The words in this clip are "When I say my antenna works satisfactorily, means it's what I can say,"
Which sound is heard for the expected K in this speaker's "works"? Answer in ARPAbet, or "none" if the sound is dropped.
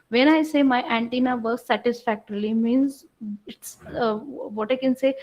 none